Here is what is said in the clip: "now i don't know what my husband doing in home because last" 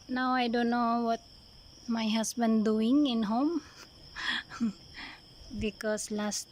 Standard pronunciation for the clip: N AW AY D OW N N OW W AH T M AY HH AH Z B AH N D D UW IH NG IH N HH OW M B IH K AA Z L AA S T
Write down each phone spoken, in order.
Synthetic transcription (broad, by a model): N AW AY D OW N N OW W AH T M AY HH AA S B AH N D D UW IH NG IH N HH OW M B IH K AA S L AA S T